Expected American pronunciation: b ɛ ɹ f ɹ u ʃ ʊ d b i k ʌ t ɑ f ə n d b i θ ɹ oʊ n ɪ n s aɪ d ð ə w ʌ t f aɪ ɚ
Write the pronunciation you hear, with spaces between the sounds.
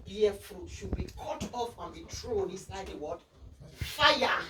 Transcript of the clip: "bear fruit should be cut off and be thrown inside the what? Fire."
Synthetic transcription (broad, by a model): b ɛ f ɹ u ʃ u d b i k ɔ t ɑ f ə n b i t ɹ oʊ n ɪ n s aɪ d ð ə w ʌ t f aɪ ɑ